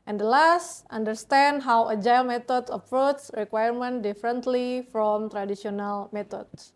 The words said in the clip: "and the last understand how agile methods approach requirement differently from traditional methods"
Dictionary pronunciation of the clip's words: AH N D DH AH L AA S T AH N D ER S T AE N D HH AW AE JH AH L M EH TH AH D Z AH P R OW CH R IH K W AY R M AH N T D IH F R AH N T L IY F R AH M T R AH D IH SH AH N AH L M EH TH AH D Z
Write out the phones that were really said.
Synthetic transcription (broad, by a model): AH N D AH L AA S T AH N D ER S T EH N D HH AW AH JH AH L M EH T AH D AH F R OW S R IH K W AY R M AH N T D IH F R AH N T L IY F R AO M T R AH D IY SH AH N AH L M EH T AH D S